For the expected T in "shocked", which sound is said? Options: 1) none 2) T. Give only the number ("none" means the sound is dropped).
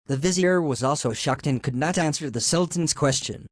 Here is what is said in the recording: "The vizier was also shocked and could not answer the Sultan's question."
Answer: 2